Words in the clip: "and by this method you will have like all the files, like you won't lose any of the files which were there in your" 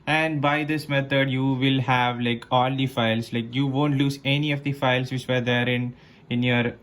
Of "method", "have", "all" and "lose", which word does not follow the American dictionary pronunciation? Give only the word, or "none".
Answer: method